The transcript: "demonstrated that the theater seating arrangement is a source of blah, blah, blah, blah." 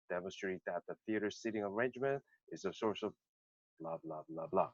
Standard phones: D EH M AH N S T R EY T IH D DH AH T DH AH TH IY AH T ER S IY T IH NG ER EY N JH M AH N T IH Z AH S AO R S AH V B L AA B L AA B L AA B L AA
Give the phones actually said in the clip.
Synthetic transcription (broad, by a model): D EH M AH N S T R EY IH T DH AH T DH AH TH IY AH T ER S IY T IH NG ER EY N JH M AH N T IH Z AH S AO R S AH V B L AA B L AA B L AA B L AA